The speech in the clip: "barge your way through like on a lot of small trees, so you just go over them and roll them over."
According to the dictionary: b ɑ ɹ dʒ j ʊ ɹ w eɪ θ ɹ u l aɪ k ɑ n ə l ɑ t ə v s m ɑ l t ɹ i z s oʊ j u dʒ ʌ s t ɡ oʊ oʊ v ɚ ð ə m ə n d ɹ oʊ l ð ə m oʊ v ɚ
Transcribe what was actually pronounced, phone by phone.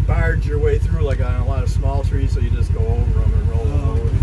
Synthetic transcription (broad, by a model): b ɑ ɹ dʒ j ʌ ɹ w eɪ θ ɹ u l aɪ k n ə l ɑ t ə v s m ɑ l t ɹ i z s oʊ j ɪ dʒ ʌ s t ɡ oʊ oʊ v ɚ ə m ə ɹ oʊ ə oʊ